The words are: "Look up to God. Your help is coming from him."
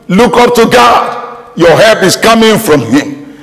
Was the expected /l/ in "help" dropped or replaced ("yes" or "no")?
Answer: yes